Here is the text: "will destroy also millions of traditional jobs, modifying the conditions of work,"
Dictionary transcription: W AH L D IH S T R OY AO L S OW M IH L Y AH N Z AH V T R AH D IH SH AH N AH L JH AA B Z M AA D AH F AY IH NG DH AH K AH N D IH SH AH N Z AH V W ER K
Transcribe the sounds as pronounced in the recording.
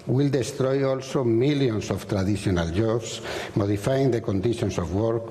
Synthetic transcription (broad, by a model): W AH L D IH S T R OY AO L S OW M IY L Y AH N S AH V T R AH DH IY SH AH N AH L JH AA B S M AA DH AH F AY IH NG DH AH K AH N D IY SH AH N S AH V W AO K